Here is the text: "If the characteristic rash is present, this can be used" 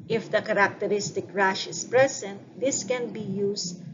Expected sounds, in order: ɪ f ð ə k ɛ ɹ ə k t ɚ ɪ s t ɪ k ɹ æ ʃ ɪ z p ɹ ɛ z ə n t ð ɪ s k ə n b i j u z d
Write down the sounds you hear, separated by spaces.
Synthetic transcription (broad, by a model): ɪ f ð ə k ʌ ɹ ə k t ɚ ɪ s t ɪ k ɹ æ ʃ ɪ s p ɹ ɛ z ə n t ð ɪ s k ə n b i j u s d